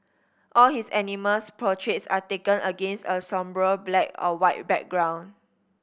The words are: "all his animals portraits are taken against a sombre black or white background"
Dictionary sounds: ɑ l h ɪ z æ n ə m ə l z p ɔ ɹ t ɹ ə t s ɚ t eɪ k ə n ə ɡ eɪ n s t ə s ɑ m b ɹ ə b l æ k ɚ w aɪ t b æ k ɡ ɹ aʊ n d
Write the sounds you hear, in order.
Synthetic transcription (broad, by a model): ɑ l h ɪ s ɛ n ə m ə l s p ɔ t ɹ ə t s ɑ t eɪ k ə n ə ɡ eɪ n s t ə s ɑ m b ɹ ə b l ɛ k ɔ w aɪ t b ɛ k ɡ ɹ aʊ n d